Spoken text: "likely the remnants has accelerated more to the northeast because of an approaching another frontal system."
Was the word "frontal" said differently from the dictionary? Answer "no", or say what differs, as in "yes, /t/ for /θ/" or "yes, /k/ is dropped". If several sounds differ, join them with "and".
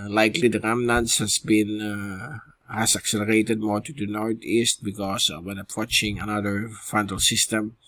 yes, /ɹ/ is dropped